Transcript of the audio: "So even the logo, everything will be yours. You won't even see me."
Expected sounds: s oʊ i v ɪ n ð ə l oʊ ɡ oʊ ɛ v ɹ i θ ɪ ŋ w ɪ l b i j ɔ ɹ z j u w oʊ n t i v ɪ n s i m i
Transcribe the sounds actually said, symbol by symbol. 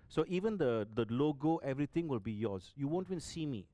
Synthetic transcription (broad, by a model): s oʊ i v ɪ n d ə l oʊ ɡ oʊ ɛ v ɹ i t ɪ ŋ w ɪ l b i j ɔ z j u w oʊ n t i ɪ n s i m i